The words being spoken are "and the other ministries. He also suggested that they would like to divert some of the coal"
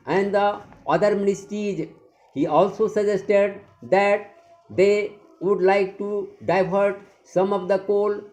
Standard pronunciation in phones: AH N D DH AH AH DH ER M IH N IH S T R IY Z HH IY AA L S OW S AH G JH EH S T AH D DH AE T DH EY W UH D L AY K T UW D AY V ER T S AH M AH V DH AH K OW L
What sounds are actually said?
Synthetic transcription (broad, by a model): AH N D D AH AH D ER M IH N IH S T IY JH HH IY AA L S OW S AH JH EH S T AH D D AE T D EY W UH D L AY K T UW D AY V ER T S AH M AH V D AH K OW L